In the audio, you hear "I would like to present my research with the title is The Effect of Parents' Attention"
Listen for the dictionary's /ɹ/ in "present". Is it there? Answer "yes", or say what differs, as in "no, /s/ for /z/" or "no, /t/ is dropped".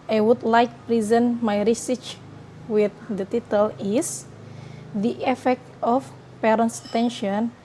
yes